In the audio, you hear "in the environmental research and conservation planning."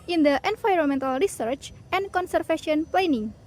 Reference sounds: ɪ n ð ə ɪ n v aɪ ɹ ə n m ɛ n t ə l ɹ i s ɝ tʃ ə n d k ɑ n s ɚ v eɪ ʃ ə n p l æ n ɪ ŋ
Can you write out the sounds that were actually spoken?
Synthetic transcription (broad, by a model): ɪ n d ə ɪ n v aɪ ɹ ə n m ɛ n t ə l ɹ i s ɝ tʃ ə n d k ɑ n s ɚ f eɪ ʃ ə n p l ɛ n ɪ ŋ